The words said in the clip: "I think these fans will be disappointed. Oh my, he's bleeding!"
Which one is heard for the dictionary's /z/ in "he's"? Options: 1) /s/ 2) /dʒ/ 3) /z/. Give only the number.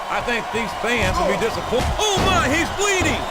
3